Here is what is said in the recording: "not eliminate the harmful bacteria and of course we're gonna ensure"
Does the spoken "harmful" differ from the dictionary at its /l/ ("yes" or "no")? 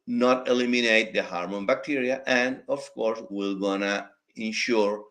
yes